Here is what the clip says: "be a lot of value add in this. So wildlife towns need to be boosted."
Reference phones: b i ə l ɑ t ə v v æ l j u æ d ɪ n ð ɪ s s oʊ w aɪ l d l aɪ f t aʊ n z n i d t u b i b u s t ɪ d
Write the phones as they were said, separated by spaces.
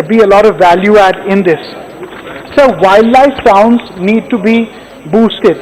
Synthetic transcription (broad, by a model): b i ə l ɑ t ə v v æ l j u æ d ɪ n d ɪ s s oʊ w aɪ l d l aɪ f s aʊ n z n i d t u b i b u s t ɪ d